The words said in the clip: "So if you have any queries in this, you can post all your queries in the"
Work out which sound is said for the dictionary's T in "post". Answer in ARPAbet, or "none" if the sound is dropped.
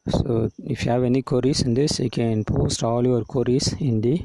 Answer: T